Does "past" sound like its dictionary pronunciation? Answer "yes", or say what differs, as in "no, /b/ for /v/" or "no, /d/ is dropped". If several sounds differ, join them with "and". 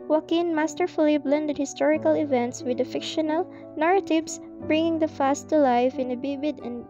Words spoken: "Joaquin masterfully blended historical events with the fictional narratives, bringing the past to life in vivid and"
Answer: no, /f/ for /p/